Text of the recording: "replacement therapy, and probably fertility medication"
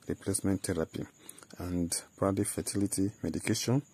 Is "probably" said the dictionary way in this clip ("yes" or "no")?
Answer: no